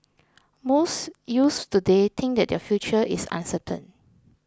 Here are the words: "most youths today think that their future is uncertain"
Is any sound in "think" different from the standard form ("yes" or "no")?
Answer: yes